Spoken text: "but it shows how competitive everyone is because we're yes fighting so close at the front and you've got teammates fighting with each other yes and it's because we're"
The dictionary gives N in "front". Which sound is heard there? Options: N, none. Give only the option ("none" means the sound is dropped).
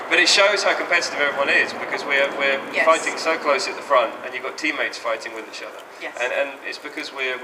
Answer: N